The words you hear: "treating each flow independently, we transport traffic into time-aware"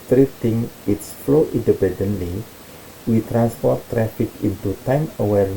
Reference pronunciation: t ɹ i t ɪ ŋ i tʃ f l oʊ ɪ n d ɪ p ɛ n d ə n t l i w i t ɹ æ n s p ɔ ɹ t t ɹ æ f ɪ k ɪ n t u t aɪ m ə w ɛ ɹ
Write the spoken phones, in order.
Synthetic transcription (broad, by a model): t ɹ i t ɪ ŋ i s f l oʊ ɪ n d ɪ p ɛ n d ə n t l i w i t ɹ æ n s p ɔ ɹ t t ɹ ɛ f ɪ k ɪ n t u t aɪ m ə w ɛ ɹ